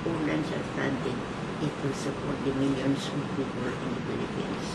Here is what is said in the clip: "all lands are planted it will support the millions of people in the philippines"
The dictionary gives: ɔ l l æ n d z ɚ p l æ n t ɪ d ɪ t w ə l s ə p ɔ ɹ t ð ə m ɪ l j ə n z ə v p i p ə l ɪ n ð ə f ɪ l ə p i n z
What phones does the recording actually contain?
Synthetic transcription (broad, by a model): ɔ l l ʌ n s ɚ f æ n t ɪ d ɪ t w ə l s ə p ɔ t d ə m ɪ l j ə n s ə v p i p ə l ɪ n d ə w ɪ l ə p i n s